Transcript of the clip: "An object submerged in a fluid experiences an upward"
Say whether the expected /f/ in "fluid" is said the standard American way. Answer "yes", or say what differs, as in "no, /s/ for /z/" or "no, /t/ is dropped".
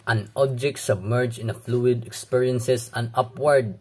yes